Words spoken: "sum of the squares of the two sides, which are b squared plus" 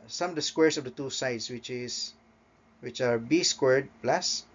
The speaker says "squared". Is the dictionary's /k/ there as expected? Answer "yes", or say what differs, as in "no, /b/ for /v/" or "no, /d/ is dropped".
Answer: yes